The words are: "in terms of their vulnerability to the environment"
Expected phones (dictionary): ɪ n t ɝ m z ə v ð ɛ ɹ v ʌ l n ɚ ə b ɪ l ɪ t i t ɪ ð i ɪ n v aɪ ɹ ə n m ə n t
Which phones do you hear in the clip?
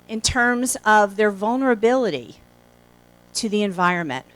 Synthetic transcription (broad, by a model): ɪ n t ɝ m z ə v ð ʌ ɹ v ʌ l n ɚ ə b ɪ l ɪ t i t ɪ ð i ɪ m v aɪ ɹ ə n m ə n t